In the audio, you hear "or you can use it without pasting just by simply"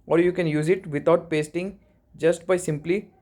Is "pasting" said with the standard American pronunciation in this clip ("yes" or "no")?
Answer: yes